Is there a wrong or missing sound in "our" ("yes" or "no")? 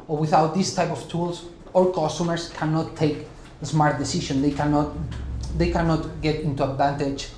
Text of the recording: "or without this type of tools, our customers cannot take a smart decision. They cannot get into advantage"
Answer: yes